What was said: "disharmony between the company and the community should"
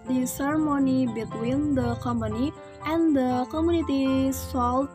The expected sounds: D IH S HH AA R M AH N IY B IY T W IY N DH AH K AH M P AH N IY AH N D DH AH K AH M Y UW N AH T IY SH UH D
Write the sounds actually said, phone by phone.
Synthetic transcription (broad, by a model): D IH S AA R M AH N IY B IY T W IY N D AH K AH M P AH N IY AH N D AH K AH M Y UW N AH T IY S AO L